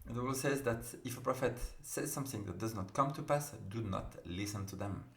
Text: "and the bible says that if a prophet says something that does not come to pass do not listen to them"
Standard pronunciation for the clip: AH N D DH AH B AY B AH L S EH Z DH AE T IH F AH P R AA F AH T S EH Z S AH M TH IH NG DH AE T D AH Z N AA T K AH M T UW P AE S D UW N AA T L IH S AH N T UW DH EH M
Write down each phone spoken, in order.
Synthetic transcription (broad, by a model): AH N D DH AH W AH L S EH Z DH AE T IH F AH P R AA F AH T S EH Z S AH M TH IH NG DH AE T D AH Z N AA T K AH M T UW P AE S D UW N AA T L IH S AH N T UW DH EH M